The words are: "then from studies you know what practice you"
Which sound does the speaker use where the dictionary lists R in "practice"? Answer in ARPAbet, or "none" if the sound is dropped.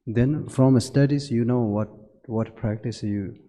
R